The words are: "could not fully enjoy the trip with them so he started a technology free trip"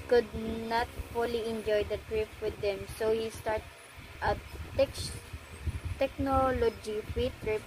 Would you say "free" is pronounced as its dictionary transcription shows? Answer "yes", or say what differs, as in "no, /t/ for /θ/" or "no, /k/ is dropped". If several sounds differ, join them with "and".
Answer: no, /ɹ/ is dropped